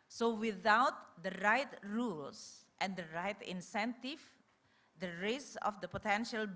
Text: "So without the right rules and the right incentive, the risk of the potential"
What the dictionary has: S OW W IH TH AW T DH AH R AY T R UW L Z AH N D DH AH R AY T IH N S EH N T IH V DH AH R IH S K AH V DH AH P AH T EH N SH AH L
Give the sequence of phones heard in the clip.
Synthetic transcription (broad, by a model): S OW W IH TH AW T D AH R AY T R UW L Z AH N D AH R AY T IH N S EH N T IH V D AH R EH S AH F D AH P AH T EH N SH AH L